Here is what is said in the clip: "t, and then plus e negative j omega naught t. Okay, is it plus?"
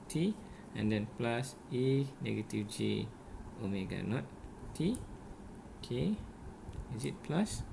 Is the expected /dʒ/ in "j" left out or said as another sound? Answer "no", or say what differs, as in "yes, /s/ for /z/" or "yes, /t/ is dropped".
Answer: no